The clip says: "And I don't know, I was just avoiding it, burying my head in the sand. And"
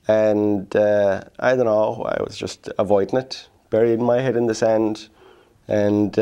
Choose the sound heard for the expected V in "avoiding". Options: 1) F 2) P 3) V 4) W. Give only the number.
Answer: 3